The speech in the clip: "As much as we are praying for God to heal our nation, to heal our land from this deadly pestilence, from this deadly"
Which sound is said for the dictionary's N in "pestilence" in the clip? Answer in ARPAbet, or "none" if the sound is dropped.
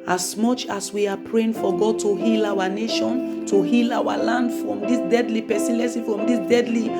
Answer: none